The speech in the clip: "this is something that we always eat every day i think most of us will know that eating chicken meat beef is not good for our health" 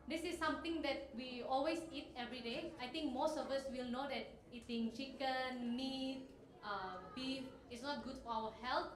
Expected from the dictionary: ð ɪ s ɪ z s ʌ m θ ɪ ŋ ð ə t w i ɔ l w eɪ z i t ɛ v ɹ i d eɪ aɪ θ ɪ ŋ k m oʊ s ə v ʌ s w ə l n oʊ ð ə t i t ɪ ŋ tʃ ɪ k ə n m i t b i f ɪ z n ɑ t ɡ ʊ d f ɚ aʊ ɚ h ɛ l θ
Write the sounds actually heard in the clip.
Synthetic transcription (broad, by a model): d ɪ s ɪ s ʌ m t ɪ ŋ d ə t w i ɔ l w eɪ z i t ɛ v ɹ i d eɪ aɪ t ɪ ŋ k m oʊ s ə v ʌ s w ə l n oʊ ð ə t i t ɪ ŋ tʃ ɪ k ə n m i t b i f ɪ s n ɑ t ɡ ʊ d f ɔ aʊ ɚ h ɛ l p